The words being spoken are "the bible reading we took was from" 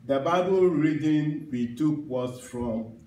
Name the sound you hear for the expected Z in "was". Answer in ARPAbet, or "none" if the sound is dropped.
S